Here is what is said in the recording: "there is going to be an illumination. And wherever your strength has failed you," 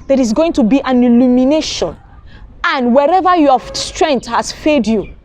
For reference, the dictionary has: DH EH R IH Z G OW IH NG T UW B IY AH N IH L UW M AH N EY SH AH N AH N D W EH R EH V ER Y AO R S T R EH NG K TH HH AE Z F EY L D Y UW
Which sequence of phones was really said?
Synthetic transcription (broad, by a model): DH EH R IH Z G OW IH NG T UW B IY AH N IH L UW M AH N EY SH AH N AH N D W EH R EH V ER Y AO S T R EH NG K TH HH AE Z F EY D Y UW